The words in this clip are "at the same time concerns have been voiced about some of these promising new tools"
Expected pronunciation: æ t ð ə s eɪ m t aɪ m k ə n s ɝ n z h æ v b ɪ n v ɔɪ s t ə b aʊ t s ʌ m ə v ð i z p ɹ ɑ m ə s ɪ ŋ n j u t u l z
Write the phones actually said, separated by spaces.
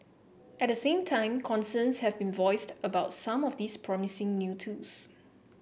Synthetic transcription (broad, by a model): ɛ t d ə s eɪ m t aɪ m k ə n s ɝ n s h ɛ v b ɪ n v ɔɪ s t ə b aʊ t s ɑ m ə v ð i s p ɹ ɑ m ə s ɪ ŋ n j u t u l s